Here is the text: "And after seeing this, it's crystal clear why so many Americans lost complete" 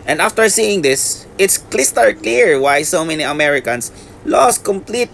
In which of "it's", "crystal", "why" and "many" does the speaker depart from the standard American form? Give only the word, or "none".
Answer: crystal